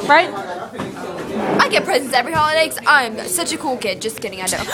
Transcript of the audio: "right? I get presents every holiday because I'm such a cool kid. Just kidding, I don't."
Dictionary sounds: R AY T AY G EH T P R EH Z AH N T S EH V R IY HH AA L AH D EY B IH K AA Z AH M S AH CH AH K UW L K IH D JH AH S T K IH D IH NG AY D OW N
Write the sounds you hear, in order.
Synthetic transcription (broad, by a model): R AY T AY G EH T P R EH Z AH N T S EH V R IY HH AA L AH D EY IH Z AA AH M S AH CH AH K UW L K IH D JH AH S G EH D IH NG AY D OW